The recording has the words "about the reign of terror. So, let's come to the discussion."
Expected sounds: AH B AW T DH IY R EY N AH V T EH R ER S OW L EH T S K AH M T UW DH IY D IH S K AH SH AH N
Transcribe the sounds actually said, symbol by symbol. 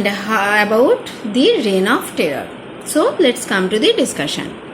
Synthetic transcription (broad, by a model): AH B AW T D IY R EY N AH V T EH ER S OW L EH T S K AH M T UW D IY D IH S K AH SH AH N